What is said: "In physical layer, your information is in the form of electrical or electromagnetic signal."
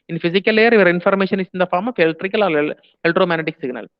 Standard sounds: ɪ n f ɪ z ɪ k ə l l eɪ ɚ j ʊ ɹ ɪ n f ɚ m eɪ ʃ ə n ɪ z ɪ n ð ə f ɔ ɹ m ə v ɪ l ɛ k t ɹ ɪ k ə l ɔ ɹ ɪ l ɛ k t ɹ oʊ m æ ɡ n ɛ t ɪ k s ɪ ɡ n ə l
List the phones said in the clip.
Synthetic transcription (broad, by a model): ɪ n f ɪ s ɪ k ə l l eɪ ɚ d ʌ ɹ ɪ n f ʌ m eɪ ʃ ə n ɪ s ɪ n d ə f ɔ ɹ m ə f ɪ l t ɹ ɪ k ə l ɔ l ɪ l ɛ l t ɹ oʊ m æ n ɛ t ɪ k s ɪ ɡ n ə l